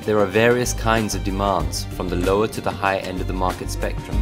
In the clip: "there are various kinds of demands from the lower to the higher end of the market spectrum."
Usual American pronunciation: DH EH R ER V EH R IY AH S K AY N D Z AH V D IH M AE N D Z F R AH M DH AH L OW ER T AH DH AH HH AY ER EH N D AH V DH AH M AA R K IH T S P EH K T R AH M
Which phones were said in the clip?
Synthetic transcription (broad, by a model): DH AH R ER V EH R IY AH S K AY N D Z AH V D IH M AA N D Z F R AH M DH AH L OW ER T AH DH AH HH AY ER EH N D AH V DH AH M AA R K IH T S P EH K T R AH M